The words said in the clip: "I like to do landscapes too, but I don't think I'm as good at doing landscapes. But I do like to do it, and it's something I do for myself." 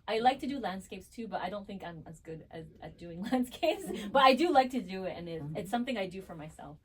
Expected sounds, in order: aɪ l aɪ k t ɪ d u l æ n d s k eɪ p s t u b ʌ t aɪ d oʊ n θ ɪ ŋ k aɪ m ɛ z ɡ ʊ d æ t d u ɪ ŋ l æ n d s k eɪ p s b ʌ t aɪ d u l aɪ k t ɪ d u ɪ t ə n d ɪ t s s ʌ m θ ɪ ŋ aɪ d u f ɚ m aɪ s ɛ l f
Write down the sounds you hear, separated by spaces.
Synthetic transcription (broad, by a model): aɪ l aɪ k t ɪ d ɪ l æ n d s k eɪ p s t u b ʌ t aɪ d oʊ n θ ɪ ŋ k aɪ m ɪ z ɡ ʊ d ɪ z d u ɪ ŋ l æ n d s k eɪ p s b ʌ t aɪ d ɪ l aɪ k t ɪ d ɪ ɪ t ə n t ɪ t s s ʌ m θ ɪ ŋ aɪ d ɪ f ɚ m aɪ s ɛ l f